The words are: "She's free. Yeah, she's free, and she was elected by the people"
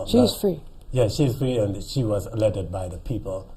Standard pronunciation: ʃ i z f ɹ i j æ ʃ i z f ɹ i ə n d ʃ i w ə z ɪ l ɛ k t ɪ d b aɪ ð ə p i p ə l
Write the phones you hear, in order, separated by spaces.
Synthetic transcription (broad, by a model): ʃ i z f ɹ i j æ ʃ i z f ɹ i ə n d ʃ i w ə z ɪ l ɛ t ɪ d b aɪ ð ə p i p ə l